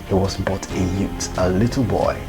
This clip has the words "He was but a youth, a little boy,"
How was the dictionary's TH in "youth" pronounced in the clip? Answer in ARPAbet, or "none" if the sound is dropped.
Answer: T